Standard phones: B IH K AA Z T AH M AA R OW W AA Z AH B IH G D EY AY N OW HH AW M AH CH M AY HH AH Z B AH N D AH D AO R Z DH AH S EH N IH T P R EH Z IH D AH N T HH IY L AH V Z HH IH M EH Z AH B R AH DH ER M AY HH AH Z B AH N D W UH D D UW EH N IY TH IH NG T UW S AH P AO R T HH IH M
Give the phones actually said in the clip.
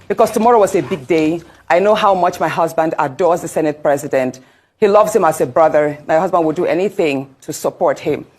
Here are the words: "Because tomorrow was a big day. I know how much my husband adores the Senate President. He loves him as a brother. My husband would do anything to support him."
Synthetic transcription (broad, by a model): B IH K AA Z T AH M AA R OW W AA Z AH B IH G D EY AY N OW HH AW M AH CH M AY HH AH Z B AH N D AH D AO R Z DH AH S EH N IH T P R EH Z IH D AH N T HH IY L AH V Z HH IH M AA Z AH B R AH DH ER M AY HH AH Z B AH N D W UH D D EH N IY TH IH NG T UW S AH P AO R T HH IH M